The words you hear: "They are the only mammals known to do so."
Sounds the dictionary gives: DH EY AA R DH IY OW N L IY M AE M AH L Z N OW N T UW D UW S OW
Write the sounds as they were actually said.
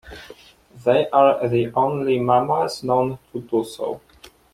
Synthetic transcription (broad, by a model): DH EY AA R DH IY OW N L IY M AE M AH Z N OW N T UW D UW S OW